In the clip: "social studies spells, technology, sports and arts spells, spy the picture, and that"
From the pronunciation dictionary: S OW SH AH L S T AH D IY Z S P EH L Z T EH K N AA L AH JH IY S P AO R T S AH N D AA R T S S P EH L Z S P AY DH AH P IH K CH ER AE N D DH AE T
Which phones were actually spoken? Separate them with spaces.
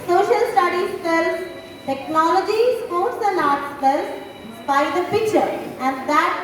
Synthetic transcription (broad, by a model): S OW SH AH L S T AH D IY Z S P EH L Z T EH K N AA L AH JH IY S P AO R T S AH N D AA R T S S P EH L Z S B AY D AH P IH K CH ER AE N D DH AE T